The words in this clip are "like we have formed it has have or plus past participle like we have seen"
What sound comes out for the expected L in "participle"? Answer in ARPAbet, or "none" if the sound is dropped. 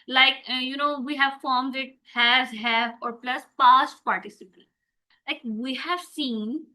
N